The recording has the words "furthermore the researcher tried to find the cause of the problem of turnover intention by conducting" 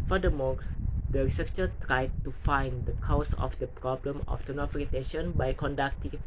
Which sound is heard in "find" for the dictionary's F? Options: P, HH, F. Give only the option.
F